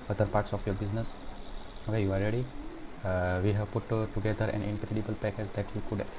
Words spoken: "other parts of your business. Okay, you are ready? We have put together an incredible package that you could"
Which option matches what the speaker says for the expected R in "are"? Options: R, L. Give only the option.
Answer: L